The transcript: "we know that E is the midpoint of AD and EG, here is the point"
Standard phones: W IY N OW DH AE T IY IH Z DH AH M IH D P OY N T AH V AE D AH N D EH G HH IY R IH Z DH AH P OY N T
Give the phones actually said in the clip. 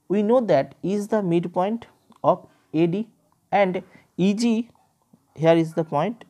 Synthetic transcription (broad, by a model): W IY N OW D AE T IY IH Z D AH M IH D P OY N T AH P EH D AH N D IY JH HH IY R IH Z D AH P OY N T